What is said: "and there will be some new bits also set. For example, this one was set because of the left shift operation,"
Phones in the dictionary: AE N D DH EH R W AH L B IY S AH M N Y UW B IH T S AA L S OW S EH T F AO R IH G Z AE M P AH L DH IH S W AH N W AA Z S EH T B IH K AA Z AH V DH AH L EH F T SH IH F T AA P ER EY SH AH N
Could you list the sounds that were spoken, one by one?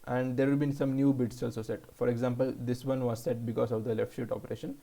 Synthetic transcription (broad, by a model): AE N D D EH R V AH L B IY S AH M N Y UW B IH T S AA L S OW S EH T F AO R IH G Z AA M P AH L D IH S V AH N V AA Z S EH T B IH K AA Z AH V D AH L EH F T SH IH T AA P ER EY SH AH N